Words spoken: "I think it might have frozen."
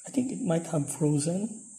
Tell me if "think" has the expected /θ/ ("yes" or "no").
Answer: no